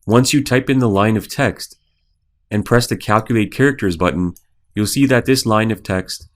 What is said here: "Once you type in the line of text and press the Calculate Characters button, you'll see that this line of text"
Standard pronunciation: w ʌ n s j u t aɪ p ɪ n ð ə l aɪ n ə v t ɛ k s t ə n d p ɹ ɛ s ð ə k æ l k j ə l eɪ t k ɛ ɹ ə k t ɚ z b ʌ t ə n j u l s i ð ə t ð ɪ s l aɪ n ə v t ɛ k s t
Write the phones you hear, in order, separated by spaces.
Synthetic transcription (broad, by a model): w ʌ n s j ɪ t aɪ p ɪ n ð ə l aɪ n ə v t ɛ k s t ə n p ɹ ɛ s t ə k æ l k j ə l eɪ t k ɛ ɹ ə k t ɚ z b ʌ t n j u l s i ð ə t ð ɪ s l aɪ n ə v t ɛ k s t